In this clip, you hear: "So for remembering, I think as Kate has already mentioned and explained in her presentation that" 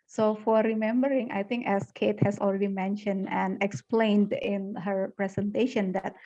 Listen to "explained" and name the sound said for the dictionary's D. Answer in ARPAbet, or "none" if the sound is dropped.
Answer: D